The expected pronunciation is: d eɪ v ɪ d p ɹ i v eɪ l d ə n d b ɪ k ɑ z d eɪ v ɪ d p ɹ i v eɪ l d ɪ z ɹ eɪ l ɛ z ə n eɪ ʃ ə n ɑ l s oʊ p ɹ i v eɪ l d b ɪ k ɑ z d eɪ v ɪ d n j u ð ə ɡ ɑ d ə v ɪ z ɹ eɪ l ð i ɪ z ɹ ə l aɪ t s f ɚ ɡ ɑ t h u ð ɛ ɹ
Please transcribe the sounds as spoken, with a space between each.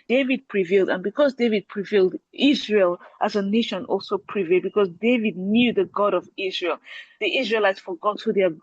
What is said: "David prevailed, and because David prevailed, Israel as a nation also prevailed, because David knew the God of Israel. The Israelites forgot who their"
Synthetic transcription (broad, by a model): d eɪ v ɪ d p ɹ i v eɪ l d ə n b ɪ k ɑ z d eɪ v ɪ d p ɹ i v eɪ l d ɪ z ɹ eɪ l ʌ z ə n eɪ ʃ ə n ɑ l s oʊ p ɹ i v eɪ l b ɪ k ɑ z d eɪ v ɪ d n j u ð ə ɡ ɑ d ə v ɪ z ɹ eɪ l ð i ɪ z ɹ ə l aɪ t s f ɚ ɡ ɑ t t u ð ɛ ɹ